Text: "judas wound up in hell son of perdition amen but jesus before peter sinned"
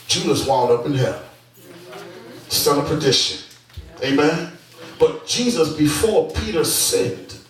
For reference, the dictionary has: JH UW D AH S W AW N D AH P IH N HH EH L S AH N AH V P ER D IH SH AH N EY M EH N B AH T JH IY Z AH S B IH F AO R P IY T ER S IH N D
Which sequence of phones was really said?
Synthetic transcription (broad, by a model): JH UW D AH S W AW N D AH P IH N HH EH L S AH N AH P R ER D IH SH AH N EY M EH N B AH T JH IY Z AH S B IH F AO R P IY T ER S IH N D